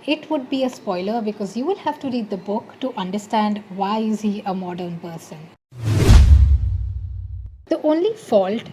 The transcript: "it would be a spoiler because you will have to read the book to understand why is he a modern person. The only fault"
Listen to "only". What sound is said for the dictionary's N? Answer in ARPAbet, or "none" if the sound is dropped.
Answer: N